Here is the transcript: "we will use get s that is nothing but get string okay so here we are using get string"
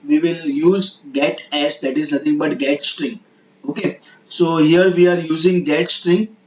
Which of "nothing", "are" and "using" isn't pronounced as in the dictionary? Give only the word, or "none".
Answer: nothing